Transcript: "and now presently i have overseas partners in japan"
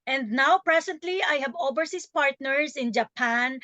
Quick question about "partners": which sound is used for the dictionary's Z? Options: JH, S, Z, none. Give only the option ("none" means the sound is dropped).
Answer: S